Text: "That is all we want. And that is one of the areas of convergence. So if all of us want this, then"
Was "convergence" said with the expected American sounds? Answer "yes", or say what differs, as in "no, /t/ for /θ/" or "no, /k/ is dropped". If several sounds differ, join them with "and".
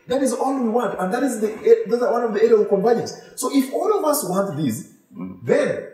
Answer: no, /dʒ/ is dropped